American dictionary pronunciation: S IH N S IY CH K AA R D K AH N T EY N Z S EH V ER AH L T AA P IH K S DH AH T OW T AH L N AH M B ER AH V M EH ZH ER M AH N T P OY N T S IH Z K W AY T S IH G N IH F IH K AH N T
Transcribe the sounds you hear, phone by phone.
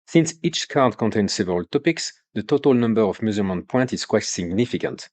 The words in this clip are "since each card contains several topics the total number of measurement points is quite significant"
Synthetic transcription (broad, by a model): S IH N S IY CH K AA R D K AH N T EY N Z S EH V ER AH L T AA P IH K S DH AH T OW T AH L N AH M B ER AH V M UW Z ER M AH N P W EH N T IH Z K W AY T S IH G N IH F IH K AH N T